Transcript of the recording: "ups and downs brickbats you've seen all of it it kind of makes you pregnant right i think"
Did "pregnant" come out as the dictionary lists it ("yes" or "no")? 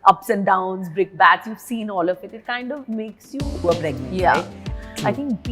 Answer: no